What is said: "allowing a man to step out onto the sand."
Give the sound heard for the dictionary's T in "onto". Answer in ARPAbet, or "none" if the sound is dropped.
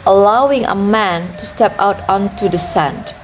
T